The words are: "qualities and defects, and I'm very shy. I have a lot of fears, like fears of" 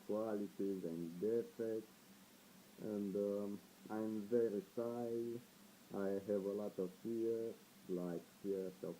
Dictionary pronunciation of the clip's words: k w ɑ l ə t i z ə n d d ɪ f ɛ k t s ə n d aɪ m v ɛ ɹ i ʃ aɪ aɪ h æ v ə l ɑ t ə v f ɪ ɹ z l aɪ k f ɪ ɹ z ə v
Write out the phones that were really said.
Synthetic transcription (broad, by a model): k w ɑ l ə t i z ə n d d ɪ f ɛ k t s ə n d aɪ m v ɛ ɹ i s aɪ aɪ h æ v ə l ɑ t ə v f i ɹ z l aɪ k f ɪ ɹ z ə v